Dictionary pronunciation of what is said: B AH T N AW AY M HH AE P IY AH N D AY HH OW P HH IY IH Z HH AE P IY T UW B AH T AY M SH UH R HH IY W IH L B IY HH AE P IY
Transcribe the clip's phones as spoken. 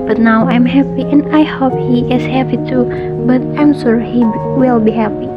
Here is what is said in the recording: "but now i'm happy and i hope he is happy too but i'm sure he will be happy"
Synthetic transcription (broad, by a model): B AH T N AW AY M HH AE P IY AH N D AY HH OW P HH IY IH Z HH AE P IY T UW B AH T AY M S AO R HH IY W IH L B IY HH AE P IY